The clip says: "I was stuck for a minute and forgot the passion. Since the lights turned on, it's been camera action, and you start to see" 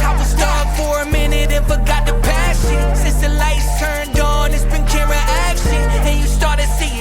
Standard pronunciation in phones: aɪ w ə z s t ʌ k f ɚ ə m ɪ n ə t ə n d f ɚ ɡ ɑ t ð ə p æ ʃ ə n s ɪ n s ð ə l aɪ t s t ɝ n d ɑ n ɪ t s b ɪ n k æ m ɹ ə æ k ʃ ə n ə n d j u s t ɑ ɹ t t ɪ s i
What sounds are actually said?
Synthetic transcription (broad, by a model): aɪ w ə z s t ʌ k f ɚ ə m ɪ n ə t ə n f ɚ ɡ ɑ t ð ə p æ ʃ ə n s ɪ n s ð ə l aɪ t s t ɝ n d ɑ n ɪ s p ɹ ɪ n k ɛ ɹ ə æ k ʃ ə n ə n j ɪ s t ɑ ɹ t t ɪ s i